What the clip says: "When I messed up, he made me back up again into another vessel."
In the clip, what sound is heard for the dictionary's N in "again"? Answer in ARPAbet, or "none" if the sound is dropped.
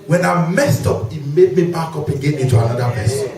none